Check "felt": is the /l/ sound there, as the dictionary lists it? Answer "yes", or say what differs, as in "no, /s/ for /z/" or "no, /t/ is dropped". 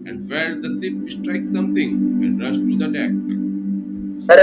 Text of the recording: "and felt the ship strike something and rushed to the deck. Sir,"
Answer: no, /l/ is dropped